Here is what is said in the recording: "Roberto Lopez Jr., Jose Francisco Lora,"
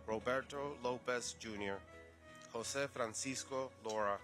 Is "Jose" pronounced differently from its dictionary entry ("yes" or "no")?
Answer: yes